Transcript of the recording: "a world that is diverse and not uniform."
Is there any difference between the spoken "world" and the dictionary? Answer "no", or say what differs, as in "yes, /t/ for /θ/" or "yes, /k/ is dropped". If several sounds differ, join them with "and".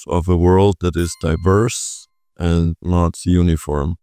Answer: no